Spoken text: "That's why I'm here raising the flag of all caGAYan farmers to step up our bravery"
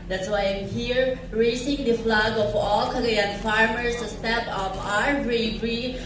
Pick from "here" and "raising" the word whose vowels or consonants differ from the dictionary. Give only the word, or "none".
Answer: raising